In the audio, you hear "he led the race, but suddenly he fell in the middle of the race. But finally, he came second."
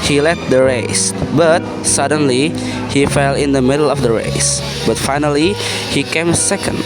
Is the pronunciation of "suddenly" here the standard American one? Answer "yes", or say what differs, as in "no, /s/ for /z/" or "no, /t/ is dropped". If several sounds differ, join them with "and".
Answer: yes